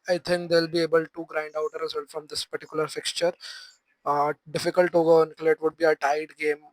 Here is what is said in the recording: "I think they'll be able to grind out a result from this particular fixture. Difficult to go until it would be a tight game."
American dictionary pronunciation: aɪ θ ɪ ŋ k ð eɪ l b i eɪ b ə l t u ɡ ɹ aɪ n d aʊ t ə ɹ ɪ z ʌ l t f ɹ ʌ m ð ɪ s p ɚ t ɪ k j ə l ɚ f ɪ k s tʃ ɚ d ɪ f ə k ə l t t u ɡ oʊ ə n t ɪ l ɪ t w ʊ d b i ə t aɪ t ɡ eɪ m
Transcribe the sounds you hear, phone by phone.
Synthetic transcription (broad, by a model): aɪ t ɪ ŋ k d eɪ l b i eɪ b ə l t u ɡ ɹ aɪ n d aʊ t ə ɹ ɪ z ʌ l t f ɹ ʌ m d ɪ s p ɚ t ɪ k j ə l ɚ f ɪ k s tʃ ɚ d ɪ f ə k ə l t t u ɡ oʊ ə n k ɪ l ɪ t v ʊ d b i ə t aɪ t ɡ eɪ m